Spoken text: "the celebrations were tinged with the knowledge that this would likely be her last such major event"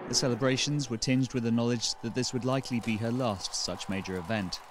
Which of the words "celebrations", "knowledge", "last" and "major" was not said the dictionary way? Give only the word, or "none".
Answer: none